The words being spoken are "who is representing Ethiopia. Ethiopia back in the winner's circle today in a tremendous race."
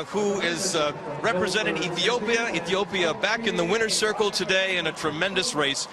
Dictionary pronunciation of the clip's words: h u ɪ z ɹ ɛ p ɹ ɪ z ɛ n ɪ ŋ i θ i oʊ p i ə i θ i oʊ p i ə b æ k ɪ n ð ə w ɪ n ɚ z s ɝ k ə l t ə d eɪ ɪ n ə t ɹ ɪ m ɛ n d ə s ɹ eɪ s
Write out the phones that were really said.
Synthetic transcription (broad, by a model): h u ɪ z ɹ ɛ p ɹ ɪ z ɛ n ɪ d i θ i oʊ p i ə i θ i oʊ p i ə b æ k ɪ n ð ə w ɪ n ɚ s ɝ k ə l t ə d eɪ ɪ n ə t ɹ ɪ m ɛ n d ə s ɹ eɪ s